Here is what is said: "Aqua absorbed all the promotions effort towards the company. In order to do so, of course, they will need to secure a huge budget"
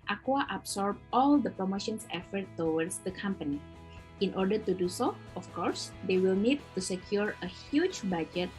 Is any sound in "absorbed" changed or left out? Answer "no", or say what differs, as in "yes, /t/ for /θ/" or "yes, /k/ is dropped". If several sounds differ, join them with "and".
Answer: yes, /s/ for /z/ and /d/ is dropped